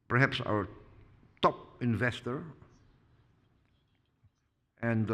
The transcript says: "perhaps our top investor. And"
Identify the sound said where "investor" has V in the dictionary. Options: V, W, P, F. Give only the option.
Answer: V